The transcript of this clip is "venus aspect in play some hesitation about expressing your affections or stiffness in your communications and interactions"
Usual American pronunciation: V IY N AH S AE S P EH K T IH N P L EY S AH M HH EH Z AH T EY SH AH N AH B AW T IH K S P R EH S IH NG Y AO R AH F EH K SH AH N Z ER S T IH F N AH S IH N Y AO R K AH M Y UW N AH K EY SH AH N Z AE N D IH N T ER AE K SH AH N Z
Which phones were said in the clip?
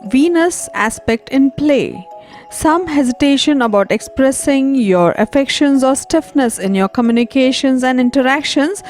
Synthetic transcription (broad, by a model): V IY N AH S AE S P EH K T IH N P L EY S AH M HH EH Z AH T EY SH AH N AH B AW T IH K S P R EH S IH NG Y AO R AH F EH K SH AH N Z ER S T IH F N AH S IH N Y AO R K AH M Y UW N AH K EY SH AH N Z AE N D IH N T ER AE K SH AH N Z